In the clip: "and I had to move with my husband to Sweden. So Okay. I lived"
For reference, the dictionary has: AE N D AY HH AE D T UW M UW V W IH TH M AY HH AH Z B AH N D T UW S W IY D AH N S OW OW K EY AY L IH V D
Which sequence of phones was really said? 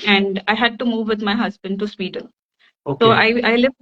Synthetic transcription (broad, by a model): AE N D AY HH AE D T UW M UW V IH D M AY HH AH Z B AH N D T UW S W IY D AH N S OW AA IH AY L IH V